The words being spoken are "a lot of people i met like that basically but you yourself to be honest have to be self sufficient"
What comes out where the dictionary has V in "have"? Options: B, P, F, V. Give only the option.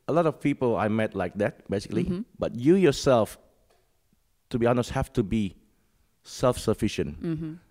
F